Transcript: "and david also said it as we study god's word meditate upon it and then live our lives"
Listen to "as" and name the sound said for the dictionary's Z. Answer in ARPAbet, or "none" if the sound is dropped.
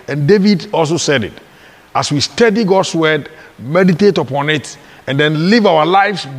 S